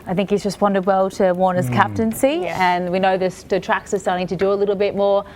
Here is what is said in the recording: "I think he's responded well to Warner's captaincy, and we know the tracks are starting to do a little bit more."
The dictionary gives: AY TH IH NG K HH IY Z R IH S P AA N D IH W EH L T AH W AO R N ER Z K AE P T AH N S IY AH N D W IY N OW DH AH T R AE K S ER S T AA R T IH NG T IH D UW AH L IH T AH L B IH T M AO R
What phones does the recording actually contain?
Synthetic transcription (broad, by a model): AY TH IH NG K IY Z R IH S P AA N D IH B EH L T AH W AO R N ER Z K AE P T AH N S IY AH N W IY N OW DH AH T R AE K S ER S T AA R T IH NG T IH D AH AH L IH T L B IH T M AO R